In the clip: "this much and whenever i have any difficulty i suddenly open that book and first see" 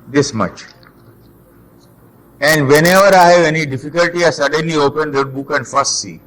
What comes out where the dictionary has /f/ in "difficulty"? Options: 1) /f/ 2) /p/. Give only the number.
1